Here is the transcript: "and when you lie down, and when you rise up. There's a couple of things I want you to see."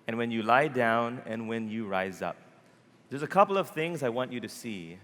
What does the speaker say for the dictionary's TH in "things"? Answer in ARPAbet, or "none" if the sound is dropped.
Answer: TH